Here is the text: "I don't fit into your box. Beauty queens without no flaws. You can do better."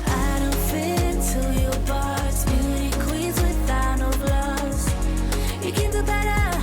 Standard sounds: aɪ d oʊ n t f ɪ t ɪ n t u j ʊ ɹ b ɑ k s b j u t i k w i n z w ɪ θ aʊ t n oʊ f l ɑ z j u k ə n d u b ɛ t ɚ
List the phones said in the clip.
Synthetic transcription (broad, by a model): aɪ d oʊ n t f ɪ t ɪ n t u j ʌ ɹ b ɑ s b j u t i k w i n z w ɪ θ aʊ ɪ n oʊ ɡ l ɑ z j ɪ k ə n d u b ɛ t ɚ